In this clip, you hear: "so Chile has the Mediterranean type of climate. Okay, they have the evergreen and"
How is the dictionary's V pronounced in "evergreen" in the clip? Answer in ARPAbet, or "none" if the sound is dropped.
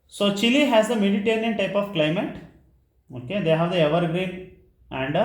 V